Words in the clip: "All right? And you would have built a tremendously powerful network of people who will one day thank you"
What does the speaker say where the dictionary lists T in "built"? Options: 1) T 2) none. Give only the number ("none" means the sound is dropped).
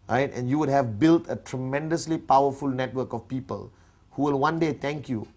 1